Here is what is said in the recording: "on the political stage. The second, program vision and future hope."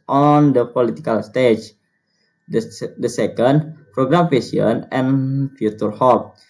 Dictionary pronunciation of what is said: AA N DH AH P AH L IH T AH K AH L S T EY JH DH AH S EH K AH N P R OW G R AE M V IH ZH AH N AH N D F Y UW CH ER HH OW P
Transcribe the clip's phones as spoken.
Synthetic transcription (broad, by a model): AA N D AH P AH L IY T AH K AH L S T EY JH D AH S EH K AH N P R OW G R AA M F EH S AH N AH N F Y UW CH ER HH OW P